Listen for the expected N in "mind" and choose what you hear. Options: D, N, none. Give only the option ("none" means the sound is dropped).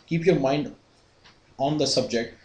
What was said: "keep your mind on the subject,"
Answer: N